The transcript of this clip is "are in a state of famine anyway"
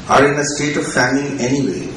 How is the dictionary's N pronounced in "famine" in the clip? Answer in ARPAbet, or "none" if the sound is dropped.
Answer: none